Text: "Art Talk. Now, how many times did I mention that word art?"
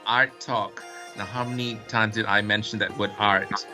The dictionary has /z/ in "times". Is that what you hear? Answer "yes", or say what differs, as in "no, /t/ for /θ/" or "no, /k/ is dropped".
yes